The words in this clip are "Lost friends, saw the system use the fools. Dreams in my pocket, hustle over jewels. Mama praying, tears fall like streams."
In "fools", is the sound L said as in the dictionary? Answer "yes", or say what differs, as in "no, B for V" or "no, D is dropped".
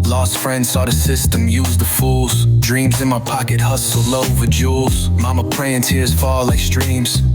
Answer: yes